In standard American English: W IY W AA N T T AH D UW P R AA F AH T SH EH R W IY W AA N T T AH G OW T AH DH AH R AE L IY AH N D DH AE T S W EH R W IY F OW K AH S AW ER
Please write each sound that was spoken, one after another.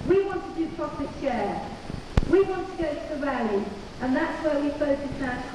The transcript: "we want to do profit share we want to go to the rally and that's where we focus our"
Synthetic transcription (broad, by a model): W IY W AA N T T AH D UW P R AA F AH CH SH EH W IY W AA N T T AH G OW T AH DH AH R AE L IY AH N DH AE T S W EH W IY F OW AH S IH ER